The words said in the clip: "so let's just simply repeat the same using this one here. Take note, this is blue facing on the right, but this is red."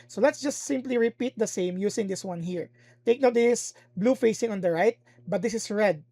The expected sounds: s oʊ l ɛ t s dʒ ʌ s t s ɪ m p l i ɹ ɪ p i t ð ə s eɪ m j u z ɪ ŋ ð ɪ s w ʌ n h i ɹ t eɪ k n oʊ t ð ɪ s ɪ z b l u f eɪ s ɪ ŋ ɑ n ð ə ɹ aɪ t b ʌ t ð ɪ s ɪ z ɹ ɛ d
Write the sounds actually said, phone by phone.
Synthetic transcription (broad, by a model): s oʊ l ɛ t s dʒ ʌ s t s ɪ m p l i ɹ ɪ p i t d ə s eɪ m j u s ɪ ŋ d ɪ s w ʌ n h i ɹ t eɪ k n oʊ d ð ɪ s b l u f eɪ s ɪ ŋ ɑ n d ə ɹ aɪ t b ʌ t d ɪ s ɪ s ɹ ɛ d